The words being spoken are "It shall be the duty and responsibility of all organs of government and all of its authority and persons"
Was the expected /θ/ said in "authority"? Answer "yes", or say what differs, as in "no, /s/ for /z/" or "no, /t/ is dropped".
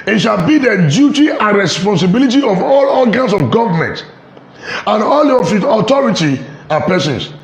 no, /t/ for /θ/